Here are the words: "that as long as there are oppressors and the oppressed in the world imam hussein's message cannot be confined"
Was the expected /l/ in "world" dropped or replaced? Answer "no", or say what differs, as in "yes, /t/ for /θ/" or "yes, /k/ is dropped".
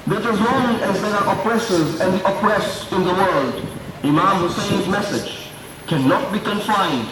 no